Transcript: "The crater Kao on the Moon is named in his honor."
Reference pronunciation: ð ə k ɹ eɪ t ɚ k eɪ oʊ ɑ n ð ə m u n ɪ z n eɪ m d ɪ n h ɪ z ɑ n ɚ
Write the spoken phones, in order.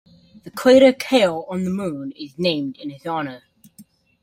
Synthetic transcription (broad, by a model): ð ə k w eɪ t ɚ k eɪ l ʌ n ð ə m u n ɪ z n eɪ m d ɪ n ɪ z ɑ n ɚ